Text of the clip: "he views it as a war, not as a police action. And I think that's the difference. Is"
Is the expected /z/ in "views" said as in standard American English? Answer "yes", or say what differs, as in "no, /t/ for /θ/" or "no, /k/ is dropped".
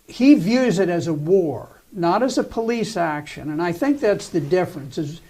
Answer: yes